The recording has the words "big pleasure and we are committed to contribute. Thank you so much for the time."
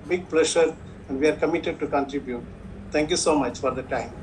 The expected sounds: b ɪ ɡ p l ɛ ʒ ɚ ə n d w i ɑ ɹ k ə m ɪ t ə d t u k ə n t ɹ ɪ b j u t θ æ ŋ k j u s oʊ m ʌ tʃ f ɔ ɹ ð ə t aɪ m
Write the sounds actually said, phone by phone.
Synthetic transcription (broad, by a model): b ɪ ɡ p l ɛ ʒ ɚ ə n d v i ɑ ɹ k ə m ɪ t ə d t u k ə n t ɹ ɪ b j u t t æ ŋ k j u s oʊ m ʌ tʃ f ɔ ɹ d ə t aɪ m